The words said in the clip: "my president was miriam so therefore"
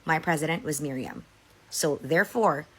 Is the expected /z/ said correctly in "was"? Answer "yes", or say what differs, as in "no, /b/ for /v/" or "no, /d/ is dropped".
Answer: yes